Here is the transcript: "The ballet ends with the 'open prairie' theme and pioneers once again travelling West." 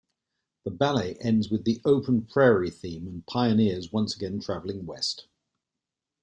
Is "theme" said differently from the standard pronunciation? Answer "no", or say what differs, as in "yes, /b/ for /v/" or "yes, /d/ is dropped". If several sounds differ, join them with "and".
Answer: no